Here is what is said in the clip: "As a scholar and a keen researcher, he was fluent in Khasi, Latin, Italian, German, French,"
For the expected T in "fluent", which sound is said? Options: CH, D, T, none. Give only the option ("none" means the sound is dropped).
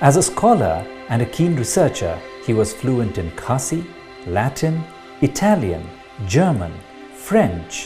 T